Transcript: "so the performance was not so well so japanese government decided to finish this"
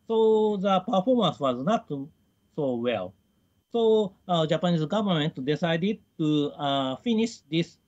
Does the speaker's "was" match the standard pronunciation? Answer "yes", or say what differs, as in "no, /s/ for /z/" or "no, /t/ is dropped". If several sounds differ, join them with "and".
yes